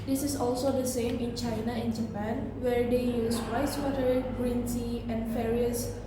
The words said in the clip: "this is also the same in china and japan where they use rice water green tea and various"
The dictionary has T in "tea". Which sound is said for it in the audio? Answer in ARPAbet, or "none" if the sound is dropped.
S